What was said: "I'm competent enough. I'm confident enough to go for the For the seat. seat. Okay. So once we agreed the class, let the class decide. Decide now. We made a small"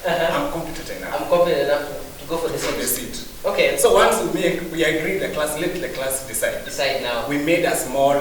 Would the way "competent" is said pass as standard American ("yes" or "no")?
no